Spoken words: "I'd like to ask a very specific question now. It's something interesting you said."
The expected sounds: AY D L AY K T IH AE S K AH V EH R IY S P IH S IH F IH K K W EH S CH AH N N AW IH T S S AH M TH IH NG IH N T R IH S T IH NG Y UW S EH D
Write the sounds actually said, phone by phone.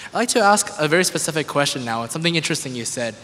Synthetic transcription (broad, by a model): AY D L AY K T IH AE S K AH V EH R IY S P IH S IH F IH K K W EH S CH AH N N AW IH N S S AH M TH IH NG IH N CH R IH S T IH NG Y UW S EH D